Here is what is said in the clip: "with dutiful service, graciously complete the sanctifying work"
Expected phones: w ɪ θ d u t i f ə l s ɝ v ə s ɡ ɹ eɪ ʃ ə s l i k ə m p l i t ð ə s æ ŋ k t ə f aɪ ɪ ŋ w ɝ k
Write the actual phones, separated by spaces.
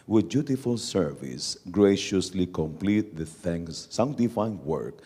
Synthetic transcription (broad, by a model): w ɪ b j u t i f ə l s ɝ v ə s ɡ ɹ eɪ ʃ ə s l i k ə m p l i t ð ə θ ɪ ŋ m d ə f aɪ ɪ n w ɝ k